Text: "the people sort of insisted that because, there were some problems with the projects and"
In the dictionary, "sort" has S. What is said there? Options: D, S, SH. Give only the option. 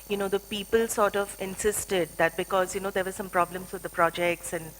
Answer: S